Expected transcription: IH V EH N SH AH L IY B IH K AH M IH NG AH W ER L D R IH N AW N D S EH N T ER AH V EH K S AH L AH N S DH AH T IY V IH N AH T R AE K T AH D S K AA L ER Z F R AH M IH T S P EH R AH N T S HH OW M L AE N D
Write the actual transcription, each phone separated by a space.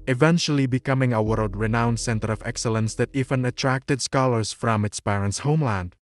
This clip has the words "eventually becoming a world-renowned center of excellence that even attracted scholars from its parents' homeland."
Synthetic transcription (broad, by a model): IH V EH N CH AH L IY B IH K AH M IH NG AH W ER L D R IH N AW N S EH N T ER AH V EH K S AH L AH N S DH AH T IY V IH N AH T R AE K T AH D S K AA L ER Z F R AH M IH T S P EH R AH N T S HH OW M L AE N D